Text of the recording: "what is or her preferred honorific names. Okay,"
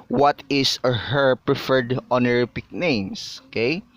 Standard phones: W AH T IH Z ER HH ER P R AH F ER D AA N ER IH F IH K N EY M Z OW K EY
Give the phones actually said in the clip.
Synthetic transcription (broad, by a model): W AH T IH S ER HH ER P R AH F ER D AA N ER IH P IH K N EY M S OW K EY